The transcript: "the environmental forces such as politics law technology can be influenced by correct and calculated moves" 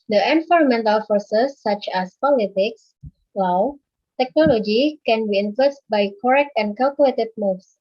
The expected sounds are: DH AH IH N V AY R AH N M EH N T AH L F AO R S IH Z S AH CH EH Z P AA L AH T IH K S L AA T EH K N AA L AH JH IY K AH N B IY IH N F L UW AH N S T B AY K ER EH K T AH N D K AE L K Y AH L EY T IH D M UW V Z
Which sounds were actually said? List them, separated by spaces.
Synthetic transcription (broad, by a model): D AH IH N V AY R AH M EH N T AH L F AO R S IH S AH CH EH S P AA L AH T IH K S W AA T EH K N AA L AH JH IY K AH N B IY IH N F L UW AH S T B AY K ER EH K T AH N K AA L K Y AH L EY T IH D M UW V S